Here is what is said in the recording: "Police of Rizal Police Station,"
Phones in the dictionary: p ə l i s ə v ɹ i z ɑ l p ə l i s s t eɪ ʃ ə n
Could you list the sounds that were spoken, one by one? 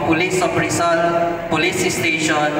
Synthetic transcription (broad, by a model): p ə l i s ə p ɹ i s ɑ n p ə l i s s t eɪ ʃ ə n